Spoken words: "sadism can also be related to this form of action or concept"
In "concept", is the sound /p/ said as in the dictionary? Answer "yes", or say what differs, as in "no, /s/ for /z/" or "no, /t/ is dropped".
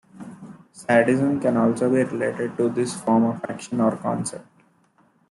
yes